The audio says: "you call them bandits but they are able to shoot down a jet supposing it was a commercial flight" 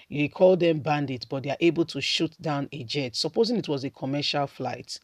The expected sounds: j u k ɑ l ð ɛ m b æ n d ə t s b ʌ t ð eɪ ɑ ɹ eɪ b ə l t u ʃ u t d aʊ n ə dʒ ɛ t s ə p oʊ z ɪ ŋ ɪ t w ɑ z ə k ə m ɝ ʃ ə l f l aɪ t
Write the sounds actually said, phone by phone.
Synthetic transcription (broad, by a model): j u k ɑ l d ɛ m b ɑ n d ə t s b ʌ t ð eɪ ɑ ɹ eɪ b ə l t u ʃ u t d aʊ n ə dʒ ɛ t s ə p oʊ z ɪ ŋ ɪ t w ɑ z ə k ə m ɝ ʃ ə l f l aɪ t